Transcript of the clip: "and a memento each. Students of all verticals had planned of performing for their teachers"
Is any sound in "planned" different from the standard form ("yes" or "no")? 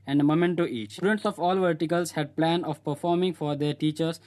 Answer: yes